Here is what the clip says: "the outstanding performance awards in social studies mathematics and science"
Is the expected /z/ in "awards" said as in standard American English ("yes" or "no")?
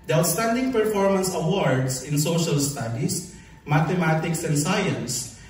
no